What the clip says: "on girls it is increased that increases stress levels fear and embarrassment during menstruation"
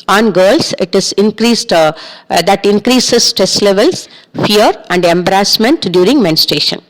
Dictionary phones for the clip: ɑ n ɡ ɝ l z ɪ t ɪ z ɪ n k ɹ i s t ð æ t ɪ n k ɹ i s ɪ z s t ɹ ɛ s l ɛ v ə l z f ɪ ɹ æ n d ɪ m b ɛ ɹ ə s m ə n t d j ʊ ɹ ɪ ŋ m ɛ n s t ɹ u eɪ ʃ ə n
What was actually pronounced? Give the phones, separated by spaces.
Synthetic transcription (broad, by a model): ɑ n ɡ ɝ l s ɪ t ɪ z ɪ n k ɹ i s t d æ t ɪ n k ɹ i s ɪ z s t ɹ ɛ s l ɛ v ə l s f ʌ ɹ æ n d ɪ m b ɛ ɹ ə s m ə n t d j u ɹ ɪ ŋ m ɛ n s t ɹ eɪ ʃ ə n